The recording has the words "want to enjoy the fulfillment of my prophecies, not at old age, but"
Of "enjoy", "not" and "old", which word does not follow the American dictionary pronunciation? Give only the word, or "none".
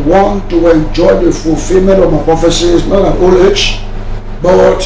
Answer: old